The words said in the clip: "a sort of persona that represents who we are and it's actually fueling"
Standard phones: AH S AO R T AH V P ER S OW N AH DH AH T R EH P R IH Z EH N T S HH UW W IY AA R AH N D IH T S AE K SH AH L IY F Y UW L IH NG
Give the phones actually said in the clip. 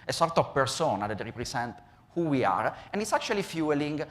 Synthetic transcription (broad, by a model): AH S AO R T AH P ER S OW N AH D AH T R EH P R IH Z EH N T HH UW W IY AA R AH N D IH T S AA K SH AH L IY F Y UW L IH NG